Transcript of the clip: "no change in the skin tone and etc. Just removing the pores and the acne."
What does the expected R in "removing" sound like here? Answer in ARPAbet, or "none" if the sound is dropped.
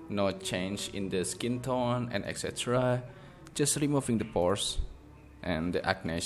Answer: R